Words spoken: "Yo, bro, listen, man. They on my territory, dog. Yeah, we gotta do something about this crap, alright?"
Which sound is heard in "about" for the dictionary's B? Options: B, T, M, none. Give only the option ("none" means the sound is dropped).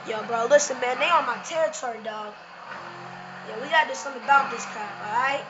B